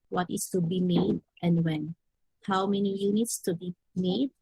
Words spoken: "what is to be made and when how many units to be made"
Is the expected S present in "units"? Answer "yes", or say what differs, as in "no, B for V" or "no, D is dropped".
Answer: yes